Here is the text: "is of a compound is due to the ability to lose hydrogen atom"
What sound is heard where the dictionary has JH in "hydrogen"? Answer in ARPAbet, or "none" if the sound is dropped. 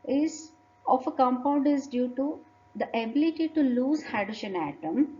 SH